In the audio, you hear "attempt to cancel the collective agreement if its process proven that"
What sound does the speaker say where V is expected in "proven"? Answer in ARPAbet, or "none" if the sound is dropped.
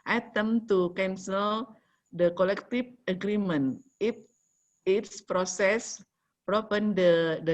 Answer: P